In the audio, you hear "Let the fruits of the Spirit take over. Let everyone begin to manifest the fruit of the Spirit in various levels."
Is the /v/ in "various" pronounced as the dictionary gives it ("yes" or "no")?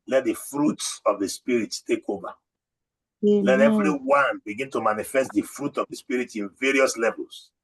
yes